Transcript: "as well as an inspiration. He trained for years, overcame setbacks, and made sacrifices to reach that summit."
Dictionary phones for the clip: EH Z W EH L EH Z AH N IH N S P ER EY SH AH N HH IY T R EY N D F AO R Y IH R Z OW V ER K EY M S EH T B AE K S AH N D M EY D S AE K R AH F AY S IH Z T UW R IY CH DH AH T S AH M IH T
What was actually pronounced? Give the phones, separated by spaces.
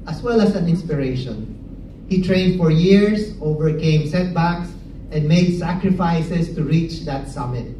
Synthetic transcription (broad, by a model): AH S W EH L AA S AH N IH N S P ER EY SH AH N HH IY T R EY N D F AO R Y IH R S OW V ER K EY M S EH T B AE K S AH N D M EY D S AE K R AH F AY S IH S T UW R IY CH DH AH T S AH M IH T